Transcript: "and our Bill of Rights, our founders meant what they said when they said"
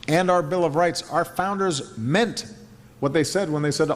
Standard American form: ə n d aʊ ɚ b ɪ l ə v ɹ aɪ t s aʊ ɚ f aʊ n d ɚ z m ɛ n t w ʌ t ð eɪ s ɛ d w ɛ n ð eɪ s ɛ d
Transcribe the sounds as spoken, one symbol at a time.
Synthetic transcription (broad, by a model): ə n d aʊ ɚ b ɪ l ə v ɹ aɪ t s aʊ ɚ f aʊ n d ɚ z m ɛ n t w ʌ t ð eɪ s ɛ d w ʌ n ð eɪ s ɛ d